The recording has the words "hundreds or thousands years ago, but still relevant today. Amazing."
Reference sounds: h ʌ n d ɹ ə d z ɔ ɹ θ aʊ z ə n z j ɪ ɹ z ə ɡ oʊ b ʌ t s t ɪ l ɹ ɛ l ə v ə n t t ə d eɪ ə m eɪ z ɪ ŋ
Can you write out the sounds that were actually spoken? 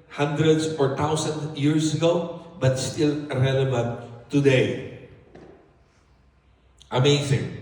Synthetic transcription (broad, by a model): h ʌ n d ɹ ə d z ɔ ɹ t aʊ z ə n j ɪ ɹ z ə ɡ oʊ b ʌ t s t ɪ l ɹ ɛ l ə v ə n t t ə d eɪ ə m eɪ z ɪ ŋ